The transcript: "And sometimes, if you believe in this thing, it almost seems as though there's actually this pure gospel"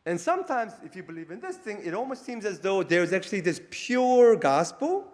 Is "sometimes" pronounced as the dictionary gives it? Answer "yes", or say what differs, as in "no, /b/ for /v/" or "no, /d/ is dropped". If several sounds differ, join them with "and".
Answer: yes